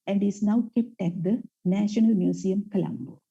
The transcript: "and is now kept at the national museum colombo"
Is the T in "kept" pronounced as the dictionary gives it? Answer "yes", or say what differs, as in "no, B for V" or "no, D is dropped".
yes